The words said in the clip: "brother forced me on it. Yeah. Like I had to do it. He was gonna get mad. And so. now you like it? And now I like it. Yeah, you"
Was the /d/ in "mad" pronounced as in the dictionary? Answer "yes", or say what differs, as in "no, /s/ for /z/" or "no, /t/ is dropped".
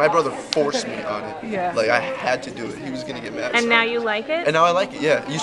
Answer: no, /d/ is dropped